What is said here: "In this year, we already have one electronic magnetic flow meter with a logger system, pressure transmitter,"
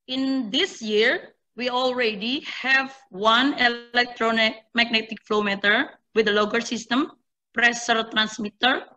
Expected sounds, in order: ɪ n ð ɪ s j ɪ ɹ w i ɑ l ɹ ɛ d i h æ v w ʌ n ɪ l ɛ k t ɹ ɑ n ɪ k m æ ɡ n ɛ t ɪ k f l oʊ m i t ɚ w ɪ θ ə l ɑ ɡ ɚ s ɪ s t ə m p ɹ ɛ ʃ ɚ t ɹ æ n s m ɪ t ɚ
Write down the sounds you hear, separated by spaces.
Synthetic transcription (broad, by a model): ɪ n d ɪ s j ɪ ɹ w i ɑ l ɹ ɛ d i h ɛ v w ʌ n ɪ l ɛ k t ɹ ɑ n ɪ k m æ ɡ n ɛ t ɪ k f l oʊ m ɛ t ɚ w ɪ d ə l ɑ ɡ ɚ s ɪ s t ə m p ɹ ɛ s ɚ t ɹ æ n s m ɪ t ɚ